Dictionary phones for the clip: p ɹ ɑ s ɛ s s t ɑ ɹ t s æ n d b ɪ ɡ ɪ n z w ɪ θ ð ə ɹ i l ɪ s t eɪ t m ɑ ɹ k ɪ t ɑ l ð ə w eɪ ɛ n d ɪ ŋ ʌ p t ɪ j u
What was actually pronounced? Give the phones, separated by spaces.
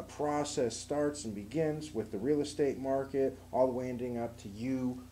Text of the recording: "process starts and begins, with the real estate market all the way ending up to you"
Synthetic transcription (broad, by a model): p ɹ ɑ s ɛ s s t ɑ ɹ t s n b ɪ ɡ ɪ n z w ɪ ð ə ɹ i l ɪ s t eɪ t m ɑ ɹ k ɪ t ɑ l w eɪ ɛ n d ɪ ŋ ʌ p t ɪ j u